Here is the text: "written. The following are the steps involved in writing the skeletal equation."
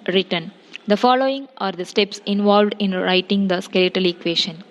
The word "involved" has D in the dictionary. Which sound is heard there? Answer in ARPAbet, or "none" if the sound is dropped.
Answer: D